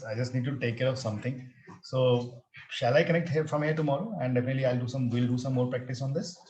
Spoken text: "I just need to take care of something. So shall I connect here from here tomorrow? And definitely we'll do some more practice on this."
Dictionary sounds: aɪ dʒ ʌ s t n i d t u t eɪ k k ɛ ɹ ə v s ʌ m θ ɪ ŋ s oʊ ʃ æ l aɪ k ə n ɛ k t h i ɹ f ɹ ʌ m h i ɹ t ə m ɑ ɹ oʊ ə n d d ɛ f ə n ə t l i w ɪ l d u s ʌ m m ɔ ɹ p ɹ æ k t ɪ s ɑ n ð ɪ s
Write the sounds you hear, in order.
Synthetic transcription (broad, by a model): aɪ dʒ ʌ s t n i d t u t eɪ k k ɛ ɹ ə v s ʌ m t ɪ ŋ s oʊ ʃ æ l aɪ k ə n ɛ k t h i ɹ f ɹ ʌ m h i ɹ t ə m ɑ ɹ oʊ ə n d d ɛ f ə n ə t l i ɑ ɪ l d u s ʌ m m ɔ ɹ p ɹ æ k t ɪ s ɑ n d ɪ s